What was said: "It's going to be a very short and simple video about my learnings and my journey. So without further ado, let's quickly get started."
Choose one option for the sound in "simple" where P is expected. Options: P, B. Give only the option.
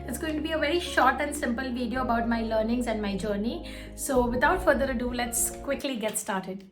P